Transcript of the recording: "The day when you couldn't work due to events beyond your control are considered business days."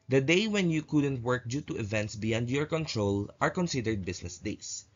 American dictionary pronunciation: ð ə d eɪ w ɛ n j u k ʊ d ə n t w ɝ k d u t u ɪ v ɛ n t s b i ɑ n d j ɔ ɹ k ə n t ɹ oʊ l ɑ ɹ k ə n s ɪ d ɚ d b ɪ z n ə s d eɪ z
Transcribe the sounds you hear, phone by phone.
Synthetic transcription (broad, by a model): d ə d eɪ w ɛ n j u k ʊ d ə n t w ɝ k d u t u ɪ v ɛ n t s b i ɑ n d j ɔ ɹ k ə n t ɹ oʊ l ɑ ɹ k ə n s ɪ d ɚ d b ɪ s n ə s d eɪ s